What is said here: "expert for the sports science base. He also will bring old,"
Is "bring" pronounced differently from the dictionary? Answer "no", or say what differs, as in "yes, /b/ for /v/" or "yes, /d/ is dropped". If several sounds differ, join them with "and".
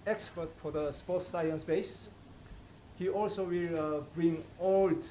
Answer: no